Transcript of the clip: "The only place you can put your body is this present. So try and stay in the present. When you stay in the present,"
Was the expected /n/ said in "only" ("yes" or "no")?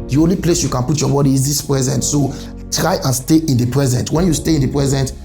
yes